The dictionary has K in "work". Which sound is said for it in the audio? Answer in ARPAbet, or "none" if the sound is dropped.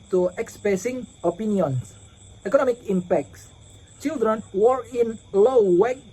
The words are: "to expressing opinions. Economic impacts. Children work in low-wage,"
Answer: none